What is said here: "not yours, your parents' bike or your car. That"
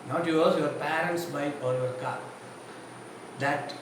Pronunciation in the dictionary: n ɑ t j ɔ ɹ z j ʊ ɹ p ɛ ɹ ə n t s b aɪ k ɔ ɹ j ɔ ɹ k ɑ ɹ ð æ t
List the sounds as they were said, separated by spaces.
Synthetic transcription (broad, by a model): n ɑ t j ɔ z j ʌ ɹ p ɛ ɹ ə n t s b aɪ ɔ ɹ j ɔ ɹ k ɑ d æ t